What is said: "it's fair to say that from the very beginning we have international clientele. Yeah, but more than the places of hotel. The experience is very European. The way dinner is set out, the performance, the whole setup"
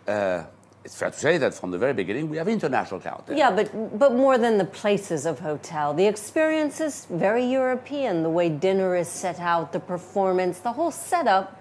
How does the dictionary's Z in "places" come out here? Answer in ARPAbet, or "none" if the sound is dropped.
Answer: Z